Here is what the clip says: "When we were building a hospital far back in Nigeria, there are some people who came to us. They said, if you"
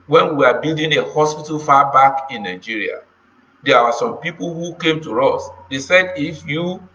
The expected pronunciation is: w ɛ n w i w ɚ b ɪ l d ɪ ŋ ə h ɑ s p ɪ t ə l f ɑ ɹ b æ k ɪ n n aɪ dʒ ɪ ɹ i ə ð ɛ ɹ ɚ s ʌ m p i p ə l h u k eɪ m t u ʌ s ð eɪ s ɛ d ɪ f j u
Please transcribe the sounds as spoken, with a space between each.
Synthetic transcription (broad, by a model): w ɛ n w i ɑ b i l d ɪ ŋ ə h ɑ s p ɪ t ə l f ɑ b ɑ k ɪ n n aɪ dʒ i ɹ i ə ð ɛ w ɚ s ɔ m p i p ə l h u k eɪ m t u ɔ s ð eɪ s ɛ d ɪ f j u